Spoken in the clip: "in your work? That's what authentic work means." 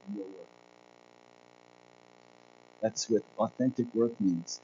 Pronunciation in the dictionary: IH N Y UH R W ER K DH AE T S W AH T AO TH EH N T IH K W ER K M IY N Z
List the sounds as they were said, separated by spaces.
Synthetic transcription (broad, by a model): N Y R W ER K DH AE T S W AH T AO TH EH N T IH K W ER K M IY N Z